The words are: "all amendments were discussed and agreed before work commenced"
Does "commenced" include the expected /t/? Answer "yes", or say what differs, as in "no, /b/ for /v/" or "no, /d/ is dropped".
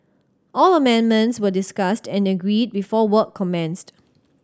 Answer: yes